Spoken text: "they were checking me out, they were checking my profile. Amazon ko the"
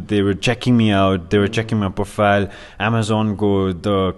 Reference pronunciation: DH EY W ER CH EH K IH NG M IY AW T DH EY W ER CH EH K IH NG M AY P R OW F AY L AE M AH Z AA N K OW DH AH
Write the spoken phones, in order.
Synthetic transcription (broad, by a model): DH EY W ER CH EH K IH NG M IY AW T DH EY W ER CH EH K IH NG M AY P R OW F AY L AE M AH Z AA N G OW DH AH